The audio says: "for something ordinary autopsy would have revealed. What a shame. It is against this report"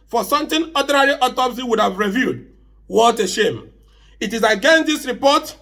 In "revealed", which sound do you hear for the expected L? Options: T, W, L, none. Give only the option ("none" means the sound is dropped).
none